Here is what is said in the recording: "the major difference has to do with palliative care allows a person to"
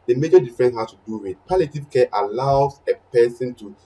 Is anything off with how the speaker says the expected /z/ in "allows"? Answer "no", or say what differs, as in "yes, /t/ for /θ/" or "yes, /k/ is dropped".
yes, /z/ is dropped